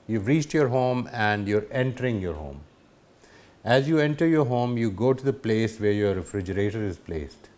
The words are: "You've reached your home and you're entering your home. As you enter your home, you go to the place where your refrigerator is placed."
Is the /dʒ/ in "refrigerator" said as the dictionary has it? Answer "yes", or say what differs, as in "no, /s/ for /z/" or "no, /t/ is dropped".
yes